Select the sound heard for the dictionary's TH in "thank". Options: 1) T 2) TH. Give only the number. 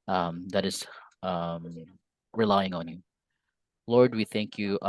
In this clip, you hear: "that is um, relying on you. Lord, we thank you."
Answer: 2